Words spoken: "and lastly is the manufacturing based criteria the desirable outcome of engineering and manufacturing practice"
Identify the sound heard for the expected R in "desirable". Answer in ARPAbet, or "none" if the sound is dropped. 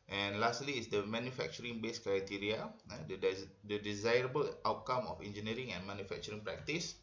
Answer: R